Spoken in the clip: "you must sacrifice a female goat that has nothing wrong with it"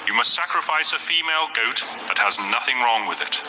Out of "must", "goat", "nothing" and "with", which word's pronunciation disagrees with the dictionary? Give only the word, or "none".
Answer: none